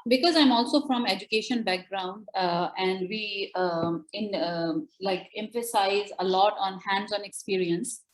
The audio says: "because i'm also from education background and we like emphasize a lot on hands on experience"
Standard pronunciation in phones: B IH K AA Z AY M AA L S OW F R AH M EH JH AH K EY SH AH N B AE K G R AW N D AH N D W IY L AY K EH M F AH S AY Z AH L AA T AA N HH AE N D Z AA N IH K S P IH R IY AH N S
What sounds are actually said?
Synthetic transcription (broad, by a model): B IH K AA Z AY M AA L S OW F R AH M EH JH AH K EY SH AH N B AE K G R AW N D AH N D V IY L AY K EH M F AH S AY Z AH L AA T AA N HH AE N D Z AA N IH K S P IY R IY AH N S